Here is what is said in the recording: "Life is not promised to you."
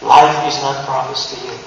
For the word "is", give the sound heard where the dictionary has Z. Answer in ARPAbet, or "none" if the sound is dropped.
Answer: Z